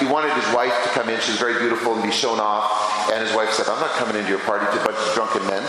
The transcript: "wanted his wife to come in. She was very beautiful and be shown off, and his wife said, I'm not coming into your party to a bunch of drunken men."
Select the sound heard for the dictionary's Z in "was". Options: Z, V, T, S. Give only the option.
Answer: Z